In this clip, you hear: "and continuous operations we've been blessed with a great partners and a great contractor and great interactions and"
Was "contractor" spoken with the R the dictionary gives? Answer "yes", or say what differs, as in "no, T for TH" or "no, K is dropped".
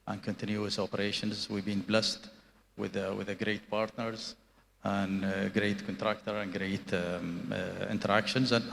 yes